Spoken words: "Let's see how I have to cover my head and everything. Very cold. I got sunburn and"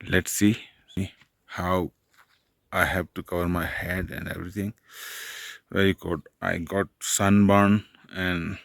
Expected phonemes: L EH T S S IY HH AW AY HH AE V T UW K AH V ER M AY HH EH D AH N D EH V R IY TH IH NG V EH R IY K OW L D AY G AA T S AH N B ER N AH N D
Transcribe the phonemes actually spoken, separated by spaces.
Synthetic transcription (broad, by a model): L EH T S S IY HH AW AY HH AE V T UW K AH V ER M AY HH EH D AH N D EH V R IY T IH NG V EH R IY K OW D AY G AA T S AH N B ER N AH N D